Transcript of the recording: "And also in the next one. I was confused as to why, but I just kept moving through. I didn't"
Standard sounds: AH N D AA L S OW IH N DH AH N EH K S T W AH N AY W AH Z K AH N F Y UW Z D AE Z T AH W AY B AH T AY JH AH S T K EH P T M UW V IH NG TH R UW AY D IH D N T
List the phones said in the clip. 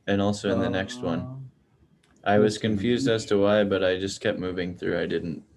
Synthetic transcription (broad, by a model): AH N AA L S OW IH N DH AH N EH K S T W AH N AY W AH Z K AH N F Y UW Z D AE Z T AH W AY B AH T AY JH AH S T K EH P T M UW V IH NG TH R UW AY D IH D N T